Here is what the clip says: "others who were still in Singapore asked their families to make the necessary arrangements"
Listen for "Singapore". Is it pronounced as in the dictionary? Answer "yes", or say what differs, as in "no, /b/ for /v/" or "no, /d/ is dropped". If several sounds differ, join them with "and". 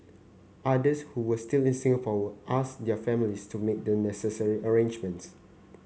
no, /w/ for /ɹ/